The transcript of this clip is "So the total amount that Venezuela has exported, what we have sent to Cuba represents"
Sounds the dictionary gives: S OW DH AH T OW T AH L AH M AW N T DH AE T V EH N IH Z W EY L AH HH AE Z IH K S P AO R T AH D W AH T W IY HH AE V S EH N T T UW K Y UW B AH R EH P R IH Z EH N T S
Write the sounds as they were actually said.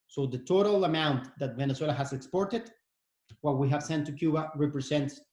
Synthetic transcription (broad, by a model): S OW DH AH T OW T AH L AH M AW N T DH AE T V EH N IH S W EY L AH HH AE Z IH K S P AO R T AH D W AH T W IY HH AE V S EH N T T UW K Y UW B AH R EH P R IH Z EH N T S